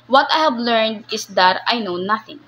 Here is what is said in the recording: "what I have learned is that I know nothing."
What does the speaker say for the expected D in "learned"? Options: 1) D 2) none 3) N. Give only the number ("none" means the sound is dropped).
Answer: 1